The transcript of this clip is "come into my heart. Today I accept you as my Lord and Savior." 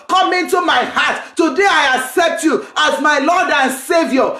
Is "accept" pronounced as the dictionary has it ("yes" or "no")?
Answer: yes